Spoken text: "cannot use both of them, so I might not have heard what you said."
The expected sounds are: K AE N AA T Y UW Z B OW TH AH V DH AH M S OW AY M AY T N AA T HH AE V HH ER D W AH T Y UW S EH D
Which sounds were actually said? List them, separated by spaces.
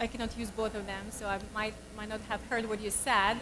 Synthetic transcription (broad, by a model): K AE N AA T Y UW Z B OW TH AH V DH AH M S OW AY M AY T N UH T HH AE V HH ER D W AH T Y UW S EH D